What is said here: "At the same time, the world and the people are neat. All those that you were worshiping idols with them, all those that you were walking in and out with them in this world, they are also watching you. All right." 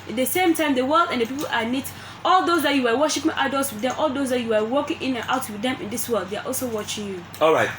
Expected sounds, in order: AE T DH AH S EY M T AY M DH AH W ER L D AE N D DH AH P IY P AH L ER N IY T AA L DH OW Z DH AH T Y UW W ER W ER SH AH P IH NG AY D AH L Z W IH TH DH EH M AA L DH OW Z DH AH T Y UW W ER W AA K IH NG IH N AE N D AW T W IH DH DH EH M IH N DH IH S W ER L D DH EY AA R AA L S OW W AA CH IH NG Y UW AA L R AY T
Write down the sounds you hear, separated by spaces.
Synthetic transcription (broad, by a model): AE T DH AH S EY M T AY M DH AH W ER L D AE N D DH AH P IY P AH L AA N IY T AA L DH OW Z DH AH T Y UW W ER W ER SH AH P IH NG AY D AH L S W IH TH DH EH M AA L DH OW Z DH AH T Y UW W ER W AA K IH NG IH N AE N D AW T W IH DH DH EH M IH N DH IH S W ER L D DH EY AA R AA L S OW W AA CH IH NG Y UW AA L R AY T